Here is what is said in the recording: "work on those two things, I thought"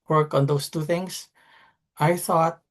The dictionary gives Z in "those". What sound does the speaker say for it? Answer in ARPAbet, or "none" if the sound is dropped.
S